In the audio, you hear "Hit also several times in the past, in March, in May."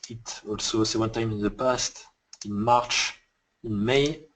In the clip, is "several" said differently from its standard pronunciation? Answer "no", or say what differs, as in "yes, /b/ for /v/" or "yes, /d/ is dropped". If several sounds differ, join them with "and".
yes, /ɹ/ is dropped and /n/ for /l/